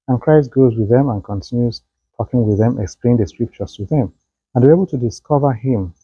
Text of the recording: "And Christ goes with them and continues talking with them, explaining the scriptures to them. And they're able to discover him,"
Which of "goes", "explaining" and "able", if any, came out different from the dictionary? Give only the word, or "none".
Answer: explaining